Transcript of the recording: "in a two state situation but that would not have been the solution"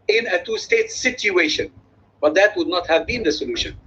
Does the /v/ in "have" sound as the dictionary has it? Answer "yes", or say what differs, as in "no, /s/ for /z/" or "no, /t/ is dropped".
yes